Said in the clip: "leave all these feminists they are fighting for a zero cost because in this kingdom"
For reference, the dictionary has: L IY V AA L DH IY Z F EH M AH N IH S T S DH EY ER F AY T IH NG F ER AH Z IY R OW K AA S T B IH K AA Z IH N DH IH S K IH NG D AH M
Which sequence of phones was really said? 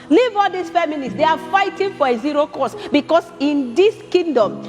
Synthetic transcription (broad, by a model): L IY V AA L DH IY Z F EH M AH L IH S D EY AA F AY T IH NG F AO AH Z IY R OW K AA S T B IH K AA S IH N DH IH S K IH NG D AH M